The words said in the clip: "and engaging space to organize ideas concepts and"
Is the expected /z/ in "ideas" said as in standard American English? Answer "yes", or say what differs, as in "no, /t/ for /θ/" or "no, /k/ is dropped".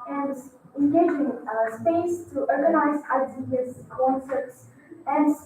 no, /s/ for /z/